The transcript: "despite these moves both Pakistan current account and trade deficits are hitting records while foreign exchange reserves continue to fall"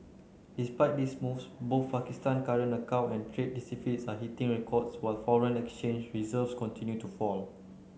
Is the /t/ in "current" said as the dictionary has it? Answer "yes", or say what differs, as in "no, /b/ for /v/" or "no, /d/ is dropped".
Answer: no, /t/ is dropped